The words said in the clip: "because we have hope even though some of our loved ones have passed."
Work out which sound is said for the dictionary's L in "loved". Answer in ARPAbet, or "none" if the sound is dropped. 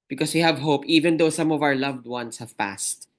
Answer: L